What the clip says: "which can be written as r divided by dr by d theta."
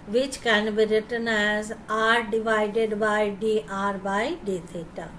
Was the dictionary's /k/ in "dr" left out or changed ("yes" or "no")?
yes